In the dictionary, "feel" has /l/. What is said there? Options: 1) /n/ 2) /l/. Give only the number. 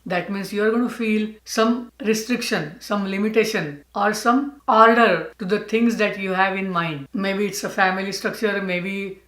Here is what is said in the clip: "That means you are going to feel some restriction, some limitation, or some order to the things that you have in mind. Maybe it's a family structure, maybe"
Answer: 2